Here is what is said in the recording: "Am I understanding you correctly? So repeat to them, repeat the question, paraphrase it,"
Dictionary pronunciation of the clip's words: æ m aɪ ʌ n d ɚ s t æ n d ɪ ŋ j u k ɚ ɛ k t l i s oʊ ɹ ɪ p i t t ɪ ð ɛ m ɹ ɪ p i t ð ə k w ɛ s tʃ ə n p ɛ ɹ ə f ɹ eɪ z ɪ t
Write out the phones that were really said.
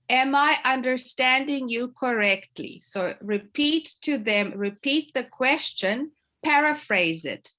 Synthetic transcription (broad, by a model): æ m aɪ ʌ n d ɚ s t æ n d ɪ ŋ j u k ɚ ɛ k t l i s oʊ ɹ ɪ p i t t ɪ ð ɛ m ɹ ɪ p i t ð ə k w ɛ s tʃ ə n p ɛ ɹ ə f ɹ eɪ z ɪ t